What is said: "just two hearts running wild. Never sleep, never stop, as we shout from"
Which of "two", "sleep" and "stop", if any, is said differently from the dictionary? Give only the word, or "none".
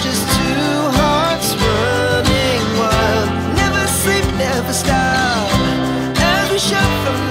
stop